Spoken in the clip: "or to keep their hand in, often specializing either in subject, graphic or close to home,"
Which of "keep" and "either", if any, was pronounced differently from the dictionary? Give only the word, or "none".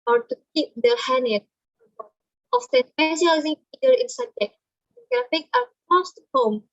either